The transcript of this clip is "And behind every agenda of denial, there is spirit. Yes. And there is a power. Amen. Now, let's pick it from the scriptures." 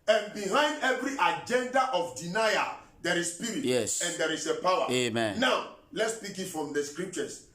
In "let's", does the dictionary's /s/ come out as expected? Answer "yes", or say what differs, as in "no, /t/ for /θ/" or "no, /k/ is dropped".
yes